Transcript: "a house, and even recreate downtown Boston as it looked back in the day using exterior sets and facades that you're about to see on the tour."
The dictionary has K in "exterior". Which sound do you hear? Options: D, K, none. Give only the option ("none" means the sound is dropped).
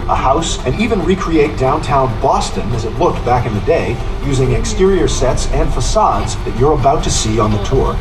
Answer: K